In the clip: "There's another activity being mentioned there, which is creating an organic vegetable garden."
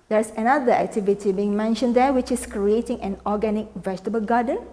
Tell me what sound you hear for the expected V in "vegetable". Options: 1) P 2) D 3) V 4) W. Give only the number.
3